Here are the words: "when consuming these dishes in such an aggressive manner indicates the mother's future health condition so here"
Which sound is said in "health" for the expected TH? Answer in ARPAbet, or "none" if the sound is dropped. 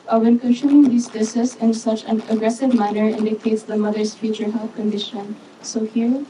F